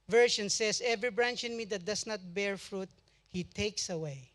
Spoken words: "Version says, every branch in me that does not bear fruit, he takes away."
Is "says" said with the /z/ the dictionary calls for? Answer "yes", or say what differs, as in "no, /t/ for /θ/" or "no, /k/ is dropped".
no, /s/ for /z/